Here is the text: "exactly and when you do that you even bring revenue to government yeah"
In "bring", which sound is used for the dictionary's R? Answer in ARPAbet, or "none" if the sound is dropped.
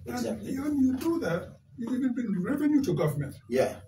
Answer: none